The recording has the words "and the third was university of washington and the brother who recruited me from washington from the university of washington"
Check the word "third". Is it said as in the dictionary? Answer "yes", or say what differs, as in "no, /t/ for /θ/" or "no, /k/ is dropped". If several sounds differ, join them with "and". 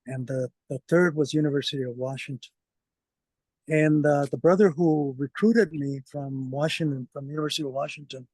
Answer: yes